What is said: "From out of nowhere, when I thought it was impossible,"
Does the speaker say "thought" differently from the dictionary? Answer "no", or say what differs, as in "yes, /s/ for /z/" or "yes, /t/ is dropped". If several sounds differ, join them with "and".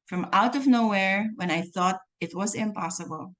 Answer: no